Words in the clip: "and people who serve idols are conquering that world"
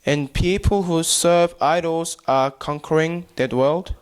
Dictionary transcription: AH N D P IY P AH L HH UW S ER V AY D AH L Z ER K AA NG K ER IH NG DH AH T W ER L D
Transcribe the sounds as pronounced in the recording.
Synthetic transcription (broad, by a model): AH N P IY P AH L HH UW S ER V AY D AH L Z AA K AA NG K ER IH NG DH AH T W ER L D